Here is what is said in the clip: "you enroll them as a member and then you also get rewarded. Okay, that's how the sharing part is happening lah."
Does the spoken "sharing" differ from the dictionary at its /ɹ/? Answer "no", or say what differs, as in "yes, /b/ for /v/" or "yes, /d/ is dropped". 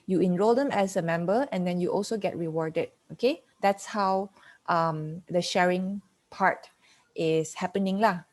no